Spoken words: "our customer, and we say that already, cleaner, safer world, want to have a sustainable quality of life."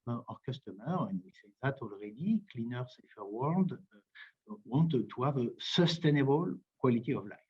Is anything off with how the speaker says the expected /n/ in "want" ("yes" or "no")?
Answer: yes